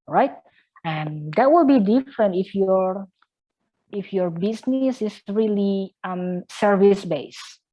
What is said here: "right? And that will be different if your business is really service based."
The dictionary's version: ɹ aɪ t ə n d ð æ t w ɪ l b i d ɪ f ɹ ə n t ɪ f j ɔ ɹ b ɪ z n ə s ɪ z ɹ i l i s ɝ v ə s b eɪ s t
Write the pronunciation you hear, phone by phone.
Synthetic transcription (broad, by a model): ɹ aɪ t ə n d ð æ t w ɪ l b i d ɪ f ɹ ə n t ɪ f j ɔ ɹ b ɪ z n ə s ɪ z ɹ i l i s ɝ v ə s b eɪ s